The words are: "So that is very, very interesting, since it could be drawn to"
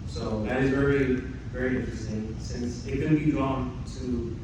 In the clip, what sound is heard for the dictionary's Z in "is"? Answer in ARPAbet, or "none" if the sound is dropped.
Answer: Z